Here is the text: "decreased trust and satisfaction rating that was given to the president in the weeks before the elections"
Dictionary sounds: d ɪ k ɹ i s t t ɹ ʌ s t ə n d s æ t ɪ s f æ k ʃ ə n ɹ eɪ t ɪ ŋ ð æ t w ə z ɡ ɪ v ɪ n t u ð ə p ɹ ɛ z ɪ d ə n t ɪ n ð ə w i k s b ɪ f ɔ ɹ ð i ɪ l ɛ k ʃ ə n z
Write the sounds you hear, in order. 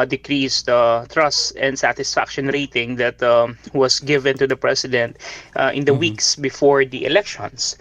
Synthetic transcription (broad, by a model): d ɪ k ɹ i s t t ɹ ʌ s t ə n d s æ t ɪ s f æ k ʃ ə n ɹ eɪ t ɪ ŋ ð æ t w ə s ɡ ɪ v ɪ n t u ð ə p ɹ ɛ s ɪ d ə n t ɪ n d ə w i k s b ɪ f ɔ ɹ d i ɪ l ɛ k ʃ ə n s